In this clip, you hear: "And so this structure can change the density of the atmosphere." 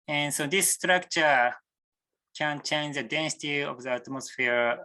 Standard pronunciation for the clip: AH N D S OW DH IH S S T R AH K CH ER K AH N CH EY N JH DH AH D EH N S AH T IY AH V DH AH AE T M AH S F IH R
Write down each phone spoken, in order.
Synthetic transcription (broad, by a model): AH N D S OW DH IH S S T R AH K CH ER K AH N CH EY N JH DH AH D EH N S AH T IY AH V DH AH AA T M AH S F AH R